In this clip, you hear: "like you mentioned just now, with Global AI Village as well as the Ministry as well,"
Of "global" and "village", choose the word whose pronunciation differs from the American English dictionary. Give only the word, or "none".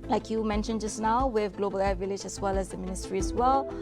none